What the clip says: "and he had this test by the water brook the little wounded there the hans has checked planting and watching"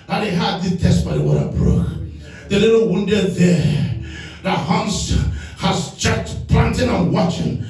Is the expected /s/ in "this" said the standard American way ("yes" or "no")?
no